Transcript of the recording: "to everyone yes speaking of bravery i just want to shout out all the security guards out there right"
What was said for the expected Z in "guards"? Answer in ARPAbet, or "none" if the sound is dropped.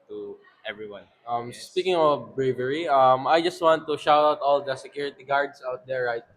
S